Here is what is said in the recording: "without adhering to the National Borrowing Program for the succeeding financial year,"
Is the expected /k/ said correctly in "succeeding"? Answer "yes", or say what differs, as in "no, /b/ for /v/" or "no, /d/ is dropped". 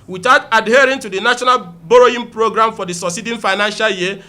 no, /k/ is dropped